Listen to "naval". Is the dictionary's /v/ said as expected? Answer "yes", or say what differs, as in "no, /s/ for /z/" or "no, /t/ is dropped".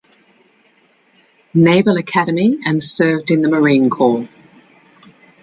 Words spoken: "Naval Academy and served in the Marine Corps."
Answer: no, /b/ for /v/